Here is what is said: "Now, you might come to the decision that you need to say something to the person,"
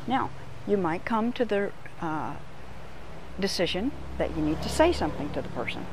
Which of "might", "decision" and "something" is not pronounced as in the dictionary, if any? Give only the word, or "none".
none